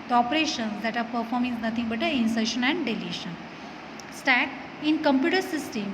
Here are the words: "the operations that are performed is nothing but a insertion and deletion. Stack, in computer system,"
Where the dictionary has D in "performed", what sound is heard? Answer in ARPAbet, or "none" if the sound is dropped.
none